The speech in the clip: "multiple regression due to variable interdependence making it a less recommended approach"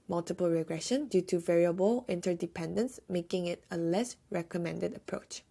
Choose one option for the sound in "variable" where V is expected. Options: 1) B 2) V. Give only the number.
2